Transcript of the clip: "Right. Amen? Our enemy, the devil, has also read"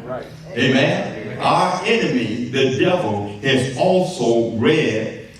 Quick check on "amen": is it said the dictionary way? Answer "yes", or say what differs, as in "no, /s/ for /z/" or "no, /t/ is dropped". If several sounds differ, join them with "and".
yes